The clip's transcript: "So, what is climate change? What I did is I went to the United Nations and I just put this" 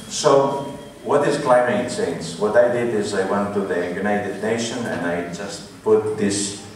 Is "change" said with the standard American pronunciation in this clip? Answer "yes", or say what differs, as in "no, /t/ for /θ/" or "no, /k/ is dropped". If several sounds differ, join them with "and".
no, /s/ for /tʃ/